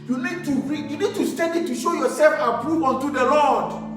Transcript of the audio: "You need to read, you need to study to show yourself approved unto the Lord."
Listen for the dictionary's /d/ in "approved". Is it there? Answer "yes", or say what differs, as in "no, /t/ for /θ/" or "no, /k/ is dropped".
no, /d/ is dropped